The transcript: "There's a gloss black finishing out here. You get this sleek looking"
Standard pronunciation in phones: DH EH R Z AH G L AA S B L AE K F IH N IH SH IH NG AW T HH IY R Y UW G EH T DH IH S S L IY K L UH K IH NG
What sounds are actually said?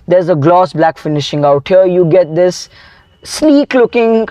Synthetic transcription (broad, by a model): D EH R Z AH G L AA S B L AE K F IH N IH SH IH NG AW T HH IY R Y UW G EH T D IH S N IY K L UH K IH NG